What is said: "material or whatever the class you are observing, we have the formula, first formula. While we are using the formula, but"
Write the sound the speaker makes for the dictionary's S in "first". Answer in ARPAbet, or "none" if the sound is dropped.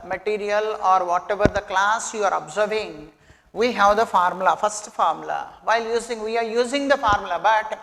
S